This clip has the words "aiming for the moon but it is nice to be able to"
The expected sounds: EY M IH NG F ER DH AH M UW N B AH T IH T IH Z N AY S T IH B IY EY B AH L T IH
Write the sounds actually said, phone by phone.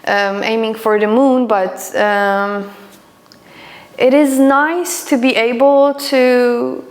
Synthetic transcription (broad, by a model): EY M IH NG F ER DH AH M UW N B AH T IH T IH Z N AY S T IH B IY EY B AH L T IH